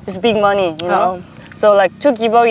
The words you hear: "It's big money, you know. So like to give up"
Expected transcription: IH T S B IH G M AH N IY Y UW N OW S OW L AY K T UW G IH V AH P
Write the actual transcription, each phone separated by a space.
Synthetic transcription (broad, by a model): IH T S B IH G M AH N IY Y UW N OW S OW L AY K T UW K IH B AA